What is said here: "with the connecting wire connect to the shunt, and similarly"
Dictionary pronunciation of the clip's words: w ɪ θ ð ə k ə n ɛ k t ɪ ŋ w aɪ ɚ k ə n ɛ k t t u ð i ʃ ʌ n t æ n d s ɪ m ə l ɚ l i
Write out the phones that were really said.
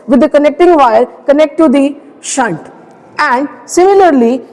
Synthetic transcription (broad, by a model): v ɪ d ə k ə n ɛ k t ɪ ŋ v aɪ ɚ k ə n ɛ k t t u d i ʃ ʌ n t æ n d s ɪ m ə l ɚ l i